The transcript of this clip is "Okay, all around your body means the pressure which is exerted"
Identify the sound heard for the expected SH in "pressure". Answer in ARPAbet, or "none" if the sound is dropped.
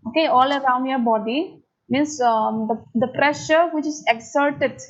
SH